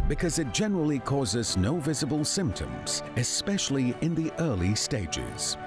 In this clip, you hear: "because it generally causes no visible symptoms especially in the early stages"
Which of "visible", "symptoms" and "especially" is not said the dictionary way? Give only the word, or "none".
none